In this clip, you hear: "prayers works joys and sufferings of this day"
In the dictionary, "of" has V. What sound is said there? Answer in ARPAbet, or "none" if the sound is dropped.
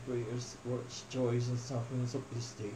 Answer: P